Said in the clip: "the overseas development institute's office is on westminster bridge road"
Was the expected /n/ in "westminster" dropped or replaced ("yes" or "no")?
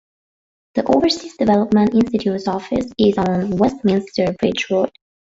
no